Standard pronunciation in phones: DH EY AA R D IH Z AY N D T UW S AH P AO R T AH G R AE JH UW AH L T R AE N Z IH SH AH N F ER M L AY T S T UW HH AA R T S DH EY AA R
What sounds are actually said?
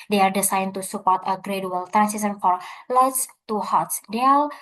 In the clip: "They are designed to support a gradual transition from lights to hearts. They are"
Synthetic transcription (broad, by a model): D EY AA R D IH S AY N T UW S AH P AO R T AH G R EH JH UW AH L T R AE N S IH S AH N F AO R L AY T S T UW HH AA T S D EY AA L